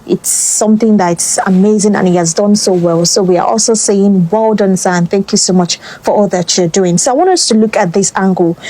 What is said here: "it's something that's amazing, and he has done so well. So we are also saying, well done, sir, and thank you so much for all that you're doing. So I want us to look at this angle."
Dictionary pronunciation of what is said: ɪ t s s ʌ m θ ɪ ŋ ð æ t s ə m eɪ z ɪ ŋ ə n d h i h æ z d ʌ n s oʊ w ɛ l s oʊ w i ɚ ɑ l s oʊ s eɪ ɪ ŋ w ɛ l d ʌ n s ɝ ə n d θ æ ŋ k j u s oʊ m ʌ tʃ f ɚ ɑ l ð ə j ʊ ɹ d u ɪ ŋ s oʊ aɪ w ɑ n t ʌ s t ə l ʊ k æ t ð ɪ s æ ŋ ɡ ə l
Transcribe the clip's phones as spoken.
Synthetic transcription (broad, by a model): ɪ t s s ʌ m θ ɪ ŋ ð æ t s ə m eɪ z ɪ ŋ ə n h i h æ z d ʌ n s oʊ w ɛ l s oʊ w i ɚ ɑ l s oʊ s eɪ ɪ ŋ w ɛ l d ʌ n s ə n θ æ ŋ k j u s oʊ m ʌ tʃ f ɚ ɑ l ð ə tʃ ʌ ɹ d u ɪ ŋ s oʊ aɪ w ɑ n t ʌ s t ə l ʊ k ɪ t ð ɪ s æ ŋ ɡ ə l